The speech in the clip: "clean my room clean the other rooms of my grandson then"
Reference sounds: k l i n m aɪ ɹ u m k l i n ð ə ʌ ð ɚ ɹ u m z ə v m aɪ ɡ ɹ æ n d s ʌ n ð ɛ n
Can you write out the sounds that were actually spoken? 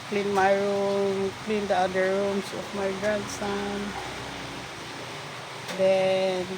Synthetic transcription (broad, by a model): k l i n m aɪ ɹ u m k l i n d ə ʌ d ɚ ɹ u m s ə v m aɪ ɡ ɹ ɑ n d s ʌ n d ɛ n